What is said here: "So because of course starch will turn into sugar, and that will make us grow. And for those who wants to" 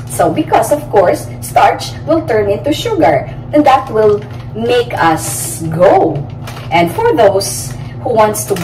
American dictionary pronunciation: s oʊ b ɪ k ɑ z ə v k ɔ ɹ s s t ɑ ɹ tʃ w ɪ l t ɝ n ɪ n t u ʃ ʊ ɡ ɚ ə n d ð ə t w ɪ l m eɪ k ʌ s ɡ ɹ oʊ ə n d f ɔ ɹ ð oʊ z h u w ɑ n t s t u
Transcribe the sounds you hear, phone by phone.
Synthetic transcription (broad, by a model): s oʊ b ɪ k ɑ s ə v k ɔ ɹ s s t ɑ ɹ tʃ w ɪ l t ɝ n ɪ n t u ʃ ʊ ɡ ɚ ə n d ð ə t w ɪ l m eɪ k ʌ s ɡ oʊ ə n d f ɔ ɹ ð oʊ s h u w ɑ n t s t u